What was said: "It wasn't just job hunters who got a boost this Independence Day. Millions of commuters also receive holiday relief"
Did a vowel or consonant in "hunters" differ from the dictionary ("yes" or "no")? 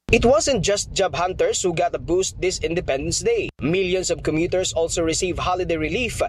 yes